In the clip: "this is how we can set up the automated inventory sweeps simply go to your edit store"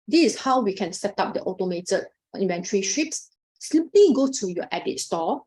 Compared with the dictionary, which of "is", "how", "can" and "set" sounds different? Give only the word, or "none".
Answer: is